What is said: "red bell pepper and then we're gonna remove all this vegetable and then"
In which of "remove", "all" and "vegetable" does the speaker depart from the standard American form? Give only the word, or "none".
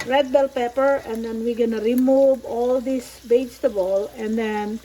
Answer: vegetable